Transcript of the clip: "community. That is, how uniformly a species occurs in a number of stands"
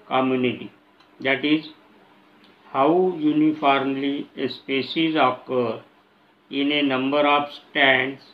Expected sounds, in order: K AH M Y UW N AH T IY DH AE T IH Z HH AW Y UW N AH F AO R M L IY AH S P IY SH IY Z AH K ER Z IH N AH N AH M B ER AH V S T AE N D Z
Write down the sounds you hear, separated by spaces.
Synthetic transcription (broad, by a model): K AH M Y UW N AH T IY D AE T IH Z HH AW Y UW N AH F AO R M L IY AH S P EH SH IY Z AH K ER IH N AH N AH M B ER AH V S T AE N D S